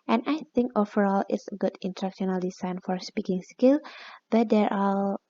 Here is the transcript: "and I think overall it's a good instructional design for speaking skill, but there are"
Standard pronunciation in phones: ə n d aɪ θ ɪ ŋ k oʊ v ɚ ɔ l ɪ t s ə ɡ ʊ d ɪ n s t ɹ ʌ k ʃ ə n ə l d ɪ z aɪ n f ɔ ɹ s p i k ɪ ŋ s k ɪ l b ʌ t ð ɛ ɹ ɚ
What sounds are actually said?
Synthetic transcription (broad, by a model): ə n aɪ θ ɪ ŋ k oʊ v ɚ ɔ l ɪ t s ə ɡ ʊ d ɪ n t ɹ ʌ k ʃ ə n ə l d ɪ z aɪ n f ɔ ɹ s p i k ɪ ŋ s k ɪ l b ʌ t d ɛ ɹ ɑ